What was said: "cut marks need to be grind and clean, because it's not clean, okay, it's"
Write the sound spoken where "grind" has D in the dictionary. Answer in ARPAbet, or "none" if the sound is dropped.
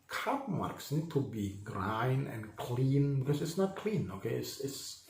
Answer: none